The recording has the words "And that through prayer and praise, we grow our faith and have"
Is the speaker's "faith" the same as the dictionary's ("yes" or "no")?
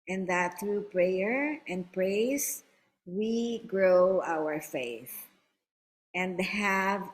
yes